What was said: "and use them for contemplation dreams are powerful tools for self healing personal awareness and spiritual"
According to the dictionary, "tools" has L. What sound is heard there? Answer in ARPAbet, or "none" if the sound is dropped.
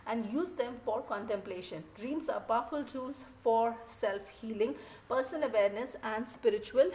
none